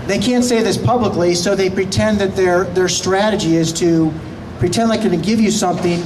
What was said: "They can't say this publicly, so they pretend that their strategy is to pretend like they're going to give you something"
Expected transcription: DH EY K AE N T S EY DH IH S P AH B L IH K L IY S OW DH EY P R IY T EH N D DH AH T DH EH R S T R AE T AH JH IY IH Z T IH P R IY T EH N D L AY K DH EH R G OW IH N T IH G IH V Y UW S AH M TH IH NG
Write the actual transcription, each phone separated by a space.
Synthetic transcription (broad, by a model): DH EY K AE N T S EY DH IH S P AH B L IH K L IY S OW DH EY P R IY T EH N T DH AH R DH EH R S T R AE T AH JH IY IH Z T IH P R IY T EH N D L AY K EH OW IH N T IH G IH V Y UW S AH M TH IH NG